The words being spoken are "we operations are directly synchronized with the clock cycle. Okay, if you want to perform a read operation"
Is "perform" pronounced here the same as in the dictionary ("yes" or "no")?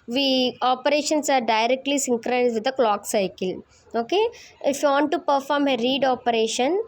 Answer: yes